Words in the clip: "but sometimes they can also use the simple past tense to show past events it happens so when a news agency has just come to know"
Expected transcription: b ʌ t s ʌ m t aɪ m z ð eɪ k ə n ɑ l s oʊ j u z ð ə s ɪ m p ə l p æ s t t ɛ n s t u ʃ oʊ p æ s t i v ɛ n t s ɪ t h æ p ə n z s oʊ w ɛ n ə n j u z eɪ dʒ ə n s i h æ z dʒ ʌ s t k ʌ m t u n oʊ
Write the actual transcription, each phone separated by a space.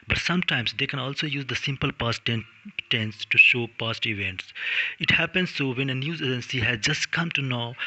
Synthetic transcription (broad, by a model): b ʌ t s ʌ m t aɪ m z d eɪ k ə n ɑ l s oʊ j u z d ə s ɪ m p ə l p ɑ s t t ɛ n s t u ʃ oʊ p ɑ s t i v ɛ n t s ɪ t h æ p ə n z s oʊ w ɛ n ə n j u z eɪ dʒ ə n s i h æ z dʒ ʌ s t k ʌ m t u n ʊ